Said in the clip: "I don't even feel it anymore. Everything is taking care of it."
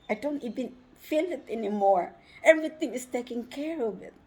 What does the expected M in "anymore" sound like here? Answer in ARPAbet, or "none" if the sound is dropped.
M